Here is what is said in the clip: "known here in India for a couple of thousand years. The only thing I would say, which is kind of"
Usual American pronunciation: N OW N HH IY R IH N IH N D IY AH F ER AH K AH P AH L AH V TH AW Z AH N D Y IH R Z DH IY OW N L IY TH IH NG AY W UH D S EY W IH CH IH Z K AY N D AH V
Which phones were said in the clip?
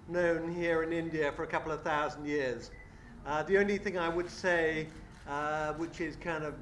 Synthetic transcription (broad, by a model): N OW N HH IY R IH N IH N D IY AH F ER AH K AH P L AH V TH AW Z N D Y IH R Z DH IY OW N L IY TH IH NG AY W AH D S EY W IH CH IH Z K AY N D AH V